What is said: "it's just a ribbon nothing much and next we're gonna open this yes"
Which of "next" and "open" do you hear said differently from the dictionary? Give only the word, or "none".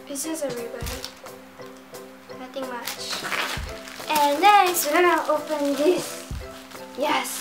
next